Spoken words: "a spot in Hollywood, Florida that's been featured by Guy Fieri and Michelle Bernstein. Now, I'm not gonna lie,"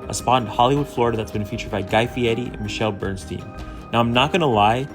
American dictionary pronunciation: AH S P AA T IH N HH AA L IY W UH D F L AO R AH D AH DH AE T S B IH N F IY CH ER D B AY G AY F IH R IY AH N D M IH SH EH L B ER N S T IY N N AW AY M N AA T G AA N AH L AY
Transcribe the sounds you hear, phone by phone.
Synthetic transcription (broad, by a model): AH S P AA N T HH AA L IY W UH D F L AO R AH D AH DH AE T S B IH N F IY CH ER D B AY G AY F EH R IY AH N M IH SH EH L B ER N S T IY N N AW AY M N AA T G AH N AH L AY